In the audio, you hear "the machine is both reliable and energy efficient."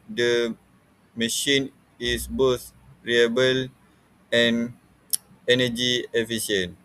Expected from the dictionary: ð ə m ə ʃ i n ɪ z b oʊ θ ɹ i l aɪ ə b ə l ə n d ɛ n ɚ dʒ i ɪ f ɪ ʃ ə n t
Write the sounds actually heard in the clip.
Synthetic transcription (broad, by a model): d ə m ə ʃ i n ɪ s b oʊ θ ɹ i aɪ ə b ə l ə n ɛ n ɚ dʒ i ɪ f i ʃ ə n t